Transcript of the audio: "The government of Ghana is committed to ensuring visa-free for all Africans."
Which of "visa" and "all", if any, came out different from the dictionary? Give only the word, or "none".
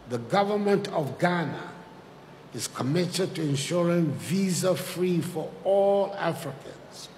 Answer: none